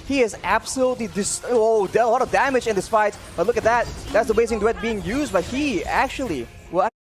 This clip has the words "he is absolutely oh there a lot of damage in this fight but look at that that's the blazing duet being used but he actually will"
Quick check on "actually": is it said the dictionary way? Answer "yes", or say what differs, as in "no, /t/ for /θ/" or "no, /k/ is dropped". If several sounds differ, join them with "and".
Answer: no, /l/ is dropped